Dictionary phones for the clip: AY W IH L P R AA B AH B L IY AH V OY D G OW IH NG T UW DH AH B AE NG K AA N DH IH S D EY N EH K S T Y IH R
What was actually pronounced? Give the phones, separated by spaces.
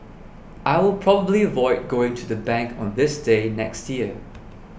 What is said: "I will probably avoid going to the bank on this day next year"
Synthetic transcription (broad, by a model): AY W IH L P R AA B AH B L IY AH V OY D G OW IH NG T UW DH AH B AE NG K AA N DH IH S D EY N EH K S T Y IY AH